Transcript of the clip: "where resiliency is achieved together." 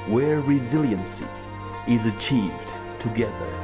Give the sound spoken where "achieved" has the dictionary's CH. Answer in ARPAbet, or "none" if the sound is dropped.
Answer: CH